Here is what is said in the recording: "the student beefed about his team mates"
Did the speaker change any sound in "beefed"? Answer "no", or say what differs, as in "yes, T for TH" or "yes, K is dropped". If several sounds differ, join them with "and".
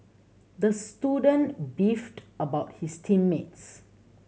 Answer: no